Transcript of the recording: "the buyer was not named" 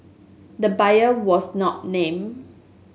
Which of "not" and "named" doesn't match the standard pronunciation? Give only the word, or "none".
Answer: named